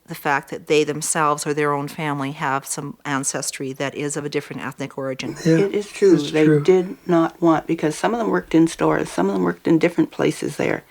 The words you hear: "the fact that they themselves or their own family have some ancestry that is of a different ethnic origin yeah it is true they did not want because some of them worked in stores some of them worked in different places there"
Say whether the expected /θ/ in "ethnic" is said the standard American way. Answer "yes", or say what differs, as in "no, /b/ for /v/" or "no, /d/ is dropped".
yes